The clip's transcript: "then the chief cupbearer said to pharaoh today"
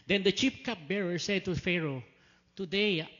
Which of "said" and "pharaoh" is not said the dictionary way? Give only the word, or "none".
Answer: none